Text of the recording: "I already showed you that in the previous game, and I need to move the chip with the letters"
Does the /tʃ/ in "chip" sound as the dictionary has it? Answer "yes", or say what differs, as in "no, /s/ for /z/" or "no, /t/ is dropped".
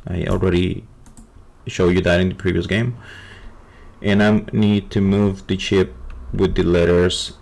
yes